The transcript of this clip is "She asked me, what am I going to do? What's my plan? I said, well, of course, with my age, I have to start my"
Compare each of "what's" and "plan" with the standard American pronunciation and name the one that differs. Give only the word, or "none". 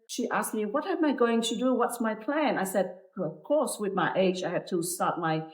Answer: none